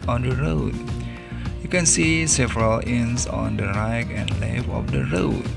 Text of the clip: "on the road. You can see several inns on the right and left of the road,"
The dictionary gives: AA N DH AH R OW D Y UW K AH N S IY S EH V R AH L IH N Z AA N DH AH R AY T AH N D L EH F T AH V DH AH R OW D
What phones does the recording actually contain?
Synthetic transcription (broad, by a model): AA N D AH R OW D Y UW K AH N S IY S EH V R AH L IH N S AA N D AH R AY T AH N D L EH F AH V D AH R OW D